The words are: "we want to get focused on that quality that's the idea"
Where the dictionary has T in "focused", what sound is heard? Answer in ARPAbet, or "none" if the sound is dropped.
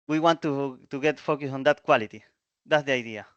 none